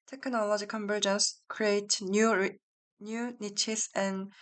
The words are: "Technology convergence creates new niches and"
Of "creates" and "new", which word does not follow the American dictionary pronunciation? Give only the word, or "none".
creates